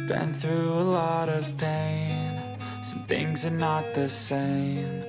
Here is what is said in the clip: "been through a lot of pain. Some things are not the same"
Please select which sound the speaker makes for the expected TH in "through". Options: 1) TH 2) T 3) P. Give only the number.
1